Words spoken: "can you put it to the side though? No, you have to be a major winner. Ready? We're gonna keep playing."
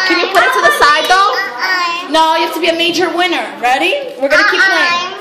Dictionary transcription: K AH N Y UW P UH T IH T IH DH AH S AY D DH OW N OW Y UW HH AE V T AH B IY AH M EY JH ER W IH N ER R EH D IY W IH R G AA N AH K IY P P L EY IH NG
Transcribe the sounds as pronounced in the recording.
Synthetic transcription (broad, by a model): K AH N Y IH P UH T IH T IH DH AH S AY D DH OW N OW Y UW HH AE F T AH B IY AH M EY JH ER W IH N ER R EH D IY W IH R G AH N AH K IY P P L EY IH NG